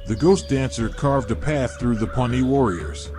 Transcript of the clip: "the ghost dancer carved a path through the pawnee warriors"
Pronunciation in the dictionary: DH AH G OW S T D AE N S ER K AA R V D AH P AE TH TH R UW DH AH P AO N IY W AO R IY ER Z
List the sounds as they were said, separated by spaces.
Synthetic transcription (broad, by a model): DH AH G OW S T D AE N S ER K AA R V D AH P AE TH TH R UW DH AH P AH N IY W AO R IY ER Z